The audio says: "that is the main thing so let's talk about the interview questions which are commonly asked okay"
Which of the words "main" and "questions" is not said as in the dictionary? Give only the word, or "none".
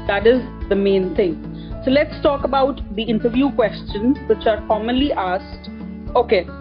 none